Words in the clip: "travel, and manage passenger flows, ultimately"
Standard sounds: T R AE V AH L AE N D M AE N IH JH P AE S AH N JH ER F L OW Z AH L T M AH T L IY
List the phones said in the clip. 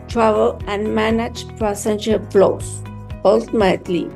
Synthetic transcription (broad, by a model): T R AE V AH L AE N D M AE N IH JH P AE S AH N SH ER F L OW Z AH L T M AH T L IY